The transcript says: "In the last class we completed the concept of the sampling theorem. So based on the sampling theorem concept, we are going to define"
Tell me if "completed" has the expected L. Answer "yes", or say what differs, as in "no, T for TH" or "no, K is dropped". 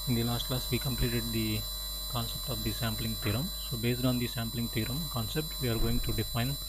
yes